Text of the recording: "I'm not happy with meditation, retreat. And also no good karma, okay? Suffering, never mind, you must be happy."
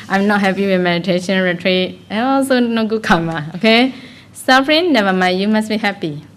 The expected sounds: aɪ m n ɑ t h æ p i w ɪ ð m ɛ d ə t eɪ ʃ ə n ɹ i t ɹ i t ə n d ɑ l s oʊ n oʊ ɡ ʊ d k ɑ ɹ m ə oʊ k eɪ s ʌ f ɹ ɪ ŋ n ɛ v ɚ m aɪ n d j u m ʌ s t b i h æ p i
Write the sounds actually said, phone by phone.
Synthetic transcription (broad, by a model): aɪ m n ɑ t h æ p i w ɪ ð m ɛ d ə t eɪ ʃ ə n ɹ i t ɹ i t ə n ɑ l s oʊ n oʊ ɡ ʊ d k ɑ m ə oʊ k eɪ s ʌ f ɹ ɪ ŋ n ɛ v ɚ m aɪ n j u m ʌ s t b i h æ p i